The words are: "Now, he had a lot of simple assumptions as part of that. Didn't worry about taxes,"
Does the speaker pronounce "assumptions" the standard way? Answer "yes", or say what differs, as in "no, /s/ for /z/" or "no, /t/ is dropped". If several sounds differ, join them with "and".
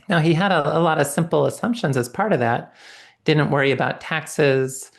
yes